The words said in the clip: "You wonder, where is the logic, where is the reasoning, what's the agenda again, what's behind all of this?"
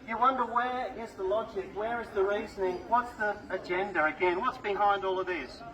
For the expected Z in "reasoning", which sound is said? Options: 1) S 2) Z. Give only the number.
2